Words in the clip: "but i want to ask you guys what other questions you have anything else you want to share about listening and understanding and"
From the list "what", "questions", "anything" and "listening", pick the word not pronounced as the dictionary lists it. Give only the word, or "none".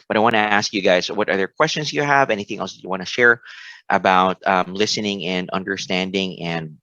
none